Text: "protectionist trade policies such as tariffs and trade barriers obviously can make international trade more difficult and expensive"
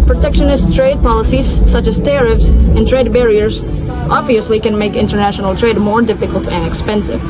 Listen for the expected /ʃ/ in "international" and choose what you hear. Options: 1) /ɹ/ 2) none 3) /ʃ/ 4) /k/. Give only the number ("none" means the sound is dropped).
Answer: 3